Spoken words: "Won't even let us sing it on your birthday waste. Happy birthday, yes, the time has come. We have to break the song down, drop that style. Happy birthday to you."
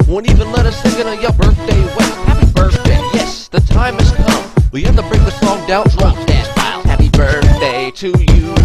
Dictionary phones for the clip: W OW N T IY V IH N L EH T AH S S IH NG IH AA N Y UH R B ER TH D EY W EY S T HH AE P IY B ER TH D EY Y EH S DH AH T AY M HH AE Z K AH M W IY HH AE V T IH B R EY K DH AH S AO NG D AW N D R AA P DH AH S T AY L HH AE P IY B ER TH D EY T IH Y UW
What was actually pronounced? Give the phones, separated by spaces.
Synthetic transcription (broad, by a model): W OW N IY V IH N L EH T AH S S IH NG IH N Y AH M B ER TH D EY W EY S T HH AE P IY B ER TH D EY Y EH S DH AH T AY M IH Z K AH M W IY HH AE F T IH B R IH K DH AH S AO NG D AW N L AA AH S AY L HH AE P IY B ER TH D EY T IH Y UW